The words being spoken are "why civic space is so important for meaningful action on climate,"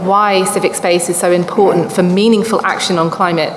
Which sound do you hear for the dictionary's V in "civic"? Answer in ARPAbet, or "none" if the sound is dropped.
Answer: V